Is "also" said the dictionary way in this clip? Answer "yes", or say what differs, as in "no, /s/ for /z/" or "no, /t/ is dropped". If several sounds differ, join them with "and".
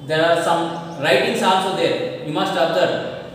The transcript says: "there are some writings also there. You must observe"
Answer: no, /n/ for /l/